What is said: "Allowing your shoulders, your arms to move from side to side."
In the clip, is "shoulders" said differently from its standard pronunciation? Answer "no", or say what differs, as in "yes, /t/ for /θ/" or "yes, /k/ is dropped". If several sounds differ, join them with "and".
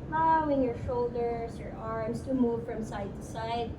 yes, /s/ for /z/